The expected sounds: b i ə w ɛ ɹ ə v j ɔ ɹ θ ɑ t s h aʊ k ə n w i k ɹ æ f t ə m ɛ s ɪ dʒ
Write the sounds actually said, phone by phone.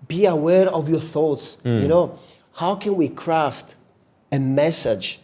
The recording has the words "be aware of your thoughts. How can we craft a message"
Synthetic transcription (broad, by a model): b i ə w ɛ ɹ ə v j ɔ ɹ θ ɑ t s h aʊ k ə n w i k ɹ æ f t ə m ɛ s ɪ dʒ